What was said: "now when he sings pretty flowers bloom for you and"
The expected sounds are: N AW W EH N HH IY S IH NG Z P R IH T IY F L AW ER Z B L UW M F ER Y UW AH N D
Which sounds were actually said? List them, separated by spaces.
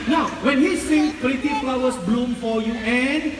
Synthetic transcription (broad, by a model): N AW W EH N HH IY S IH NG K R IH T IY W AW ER S B L UW M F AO Y UW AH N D